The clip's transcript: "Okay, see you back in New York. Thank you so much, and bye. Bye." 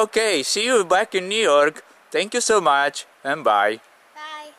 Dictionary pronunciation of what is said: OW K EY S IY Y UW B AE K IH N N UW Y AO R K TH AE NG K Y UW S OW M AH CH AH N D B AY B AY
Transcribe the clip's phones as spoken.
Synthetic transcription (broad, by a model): OW K EY S IY Y UW B AE K IH N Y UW Y AO R K T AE NG K Y UW S OW M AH CH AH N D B B AY